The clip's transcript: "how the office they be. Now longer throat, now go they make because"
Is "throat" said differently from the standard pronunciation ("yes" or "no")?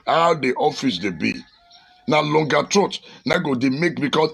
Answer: yes